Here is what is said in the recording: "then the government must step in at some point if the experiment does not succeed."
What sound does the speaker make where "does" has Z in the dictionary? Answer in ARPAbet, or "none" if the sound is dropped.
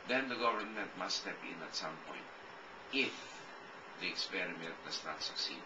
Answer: S